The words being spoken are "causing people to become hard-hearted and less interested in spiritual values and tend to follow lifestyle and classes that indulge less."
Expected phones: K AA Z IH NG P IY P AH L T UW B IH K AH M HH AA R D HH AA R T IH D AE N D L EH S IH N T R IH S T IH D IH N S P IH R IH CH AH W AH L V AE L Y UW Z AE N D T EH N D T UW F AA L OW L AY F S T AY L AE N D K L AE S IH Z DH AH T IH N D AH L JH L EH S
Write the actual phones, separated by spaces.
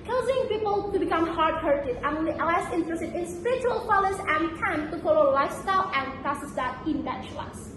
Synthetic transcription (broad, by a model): K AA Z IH NG P IY P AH L T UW B IH K AH M HH AA R D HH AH R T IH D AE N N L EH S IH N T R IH S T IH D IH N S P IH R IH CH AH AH L F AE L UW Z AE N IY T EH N T UW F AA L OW L AY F S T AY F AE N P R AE S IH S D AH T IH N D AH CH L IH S